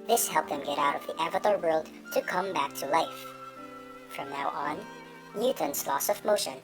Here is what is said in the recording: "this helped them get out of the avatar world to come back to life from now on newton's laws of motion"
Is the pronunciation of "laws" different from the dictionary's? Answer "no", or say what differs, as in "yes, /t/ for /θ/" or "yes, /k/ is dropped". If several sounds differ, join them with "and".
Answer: yes, /s/ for /z/